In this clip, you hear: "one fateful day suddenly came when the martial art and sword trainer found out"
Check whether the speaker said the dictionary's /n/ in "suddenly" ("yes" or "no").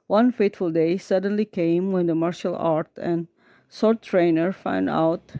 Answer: yes